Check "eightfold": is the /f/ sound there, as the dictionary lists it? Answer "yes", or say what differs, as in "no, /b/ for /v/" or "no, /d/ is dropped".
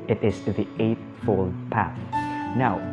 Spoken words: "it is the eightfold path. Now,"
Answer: yes